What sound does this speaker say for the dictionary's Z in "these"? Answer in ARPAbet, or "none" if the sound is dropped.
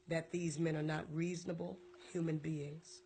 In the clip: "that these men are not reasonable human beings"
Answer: Z